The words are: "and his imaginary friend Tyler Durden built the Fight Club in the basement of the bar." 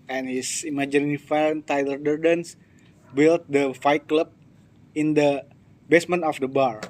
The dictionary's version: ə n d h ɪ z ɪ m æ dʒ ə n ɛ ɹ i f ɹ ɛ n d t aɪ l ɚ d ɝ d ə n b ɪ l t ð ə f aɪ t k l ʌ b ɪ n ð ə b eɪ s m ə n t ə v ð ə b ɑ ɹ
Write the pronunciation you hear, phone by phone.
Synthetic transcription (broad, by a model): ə n h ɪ s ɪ m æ dʒ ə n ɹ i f ɛ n t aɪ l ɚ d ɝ d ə n b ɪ l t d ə f aɪ t k l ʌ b ɪ n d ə b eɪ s m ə n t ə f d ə b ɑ ɹ